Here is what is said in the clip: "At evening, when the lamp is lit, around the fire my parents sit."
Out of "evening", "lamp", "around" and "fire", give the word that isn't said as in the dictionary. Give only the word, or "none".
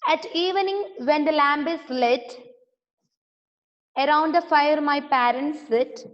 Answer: lamp